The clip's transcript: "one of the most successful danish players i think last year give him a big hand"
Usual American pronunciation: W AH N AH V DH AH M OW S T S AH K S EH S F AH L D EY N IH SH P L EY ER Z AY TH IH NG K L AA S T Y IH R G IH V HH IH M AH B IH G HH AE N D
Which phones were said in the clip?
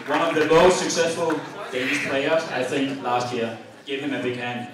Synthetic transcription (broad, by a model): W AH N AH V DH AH M OW S T S AH K S EH S F AH L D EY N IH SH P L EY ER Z AY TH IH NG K L AA S T Y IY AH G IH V HH IH M AH B IH G HH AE N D